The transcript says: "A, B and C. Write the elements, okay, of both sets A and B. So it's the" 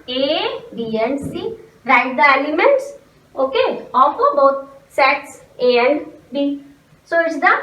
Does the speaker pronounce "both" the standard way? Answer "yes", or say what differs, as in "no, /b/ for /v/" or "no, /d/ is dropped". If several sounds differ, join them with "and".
no, /t/ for /θ/